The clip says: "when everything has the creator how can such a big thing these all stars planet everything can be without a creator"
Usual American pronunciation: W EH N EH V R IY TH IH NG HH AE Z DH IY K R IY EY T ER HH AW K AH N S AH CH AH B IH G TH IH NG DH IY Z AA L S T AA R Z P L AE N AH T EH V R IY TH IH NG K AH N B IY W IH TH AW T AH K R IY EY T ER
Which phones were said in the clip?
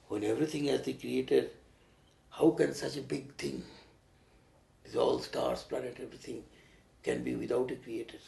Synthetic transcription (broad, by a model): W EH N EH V R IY T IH NG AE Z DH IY K R IY EY T ER HH AW K AH N S AH CH AH B IH G T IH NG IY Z AA L S T AA R S P L AE N AH T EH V R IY T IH NG K AH N B IY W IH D AW T AH K R IY EY T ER